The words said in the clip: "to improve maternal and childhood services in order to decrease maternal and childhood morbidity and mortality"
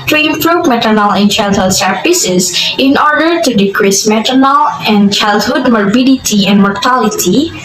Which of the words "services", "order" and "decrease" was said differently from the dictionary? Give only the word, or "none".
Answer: services